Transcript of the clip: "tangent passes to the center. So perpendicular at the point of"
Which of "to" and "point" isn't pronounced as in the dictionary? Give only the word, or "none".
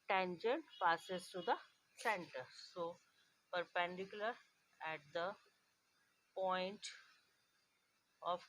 to